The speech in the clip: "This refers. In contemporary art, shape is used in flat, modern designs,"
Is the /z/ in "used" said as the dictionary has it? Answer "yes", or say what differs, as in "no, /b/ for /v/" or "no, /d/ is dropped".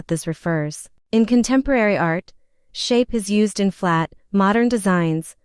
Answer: yes